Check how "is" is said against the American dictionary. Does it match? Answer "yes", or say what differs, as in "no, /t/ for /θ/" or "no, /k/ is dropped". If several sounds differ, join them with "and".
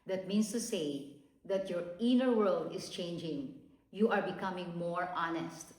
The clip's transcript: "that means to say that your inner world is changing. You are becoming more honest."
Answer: no, /s/ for /z/